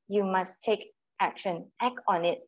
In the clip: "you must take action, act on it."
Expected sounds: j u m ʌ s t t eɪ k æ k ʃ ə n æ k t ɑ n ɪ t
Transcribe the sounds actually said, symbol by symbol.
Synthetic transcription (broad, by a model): j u m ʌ s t t eɪ k æ k ʃ ə n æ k ɑ n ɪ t